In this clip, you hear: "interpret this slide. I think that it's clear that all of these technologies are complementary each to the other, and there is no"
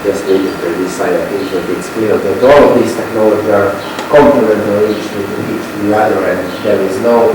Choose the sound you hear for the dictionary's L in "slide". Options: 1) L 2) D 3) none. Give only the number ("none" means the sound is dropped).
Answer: 3